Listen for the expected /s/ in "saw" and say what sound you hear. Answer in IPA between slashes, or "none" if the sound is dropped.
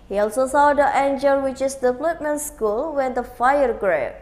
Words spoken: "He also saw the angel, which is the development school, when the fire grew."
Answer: /s/